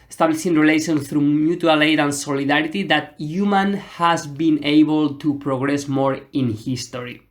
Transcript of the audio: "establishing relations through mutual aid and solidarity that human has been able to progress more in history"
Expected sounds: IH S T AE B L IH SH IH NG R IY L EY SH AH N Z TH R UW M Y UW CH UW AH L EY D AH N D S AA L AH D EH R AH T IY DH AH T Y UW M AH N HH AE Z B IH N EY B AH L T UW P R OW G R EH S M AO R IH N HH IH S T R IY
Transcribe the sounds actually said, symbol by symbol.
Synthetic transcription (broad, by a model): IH S T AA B L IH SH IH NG R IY L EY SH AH N TH R UW M Y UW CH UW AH L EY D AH N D S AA L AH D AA R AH T IY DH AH T Y UW M AH N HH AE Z B IH N EY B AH L T UW P R OW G R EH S M AO R IH N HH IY S T R IY